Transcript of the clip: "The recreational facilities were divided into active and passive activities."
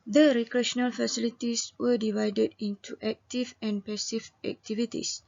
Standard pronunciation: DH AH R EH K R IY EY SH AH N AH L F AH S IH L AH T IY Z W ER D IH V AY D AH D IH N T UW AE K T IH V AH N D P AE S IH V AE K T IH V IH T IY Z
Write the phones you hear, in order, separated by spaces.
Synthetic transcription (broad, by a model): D AH R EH K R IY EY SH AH N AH L F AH S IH L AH T IY S W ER D IH V AY D AH D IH N T UW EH K T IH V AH N P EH S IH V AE K T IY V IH T IY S